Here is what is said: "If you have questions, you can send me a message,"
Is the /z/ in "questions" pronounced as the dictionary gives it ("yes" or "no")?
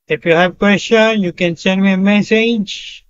no